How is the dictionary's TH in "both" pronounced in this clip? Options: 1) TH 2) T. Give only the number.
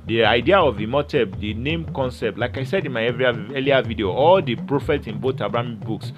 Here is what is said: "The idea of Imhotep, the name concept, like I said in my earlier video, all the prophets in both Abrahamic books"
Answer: 2